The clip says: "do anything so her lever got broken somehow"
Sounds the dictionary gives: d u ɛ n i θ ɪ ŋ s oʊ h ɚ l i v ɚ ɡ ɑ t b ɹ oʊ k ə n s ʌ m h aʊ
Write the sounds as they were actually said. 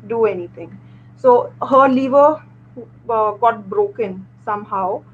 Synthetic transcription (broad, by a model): d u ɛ n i t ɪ ŋ s oʊ h ɚ l i v ɚ ɡ ɑ t b ɹ oʊ k ə n s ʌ m h aʊ